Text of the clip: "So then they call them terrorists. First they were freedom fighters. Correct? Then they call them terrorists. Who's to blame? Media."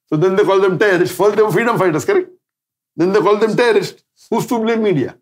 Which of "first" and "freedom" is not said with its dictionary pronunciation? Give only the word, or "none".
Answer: first